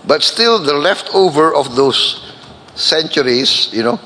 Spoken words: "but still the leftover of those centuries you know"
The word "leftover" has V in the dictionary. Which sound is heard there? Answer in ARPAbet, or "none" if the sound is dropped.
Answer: V